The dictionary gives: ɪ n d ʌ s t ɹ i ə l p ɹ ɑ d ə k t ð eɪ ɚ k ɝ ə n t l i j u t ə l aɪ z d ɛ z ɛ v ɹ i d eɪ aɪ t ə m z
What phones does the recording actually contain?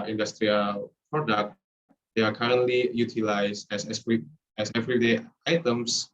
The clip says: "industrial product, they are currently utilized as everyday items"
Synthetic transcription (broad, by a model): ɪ n d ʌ s t ɹ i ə l p ɹ ɑ d ə k t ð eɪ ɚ k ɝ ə n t l i j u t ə l aɪ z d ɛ s ɛ v ɹ i d eɪ aɪ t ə m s